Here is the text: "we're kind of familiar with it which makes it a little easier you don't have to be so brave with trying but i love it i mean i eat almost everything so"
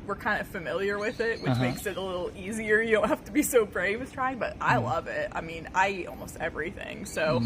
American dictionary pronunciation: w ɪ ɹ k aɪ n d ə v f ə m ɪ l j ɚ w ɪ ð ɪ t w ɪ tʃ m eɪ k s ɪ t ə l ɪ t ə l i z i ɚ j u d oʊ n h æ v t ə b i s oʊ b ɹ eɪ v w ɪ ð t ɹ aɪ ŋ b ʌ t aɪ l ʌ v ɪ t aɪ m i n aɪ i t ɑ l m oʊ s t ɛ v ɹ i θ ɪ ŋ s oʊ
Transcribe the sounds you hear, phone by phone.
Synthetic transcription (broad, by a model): w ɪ ɹ k aɪ n d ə f ə m ɪ l j ɚ w ɪ ð ɪ t w ɪ tʃ m eɪ k s ɪ t ə l ɪ t l i z i ɚ j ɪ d oʊ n h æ f t ə b i s oʊ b ɹ eɪ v w ɪ ð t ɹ aɪ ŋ b ʌ t aɪ l ʌ v ɪ t aɪ m i n aɪ i t ɑ l m oʊ s t ɛ v ɹ i θ ɪ ŋ s oʊ